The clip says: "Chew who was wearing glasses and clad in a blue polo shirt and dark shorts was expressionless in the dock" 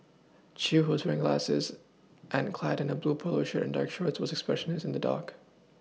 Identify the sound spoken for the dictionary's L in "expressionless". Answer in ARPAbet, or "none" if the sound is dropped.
none